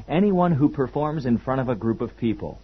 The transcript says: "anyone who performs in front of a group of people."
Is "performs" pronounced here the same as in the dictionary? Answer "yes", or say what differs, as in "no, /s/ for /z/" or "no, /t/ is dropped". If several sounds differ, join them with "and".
yes